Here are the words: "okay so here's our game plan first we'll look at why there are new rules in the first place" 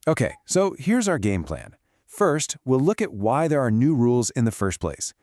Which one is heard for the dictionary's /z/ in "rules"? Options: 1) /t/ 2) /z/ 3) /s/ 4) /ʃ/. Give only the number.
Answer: 2